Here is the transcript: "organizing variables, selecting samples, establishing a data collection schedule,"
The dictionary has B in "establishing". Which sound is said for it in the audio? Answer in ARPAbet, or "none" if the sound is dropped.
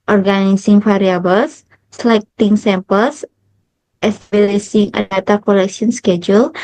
none